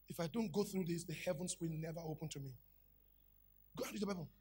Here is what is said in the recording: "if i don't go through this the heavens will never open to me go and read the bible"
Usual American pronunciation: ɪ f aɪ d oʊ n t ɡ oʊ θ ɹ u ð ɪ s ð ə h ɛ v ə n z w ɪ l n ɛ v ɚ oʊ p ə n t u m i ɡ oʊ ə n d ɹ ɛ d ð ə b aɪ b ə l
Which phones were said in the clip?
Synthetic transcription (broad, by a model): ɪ f aɪ d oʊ n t ɡ oʊ θ ɹ u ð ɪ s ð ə h ɛ v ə n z w ɪ l n ɛ v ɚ oʊ p ə n t u m i ɡ oʊ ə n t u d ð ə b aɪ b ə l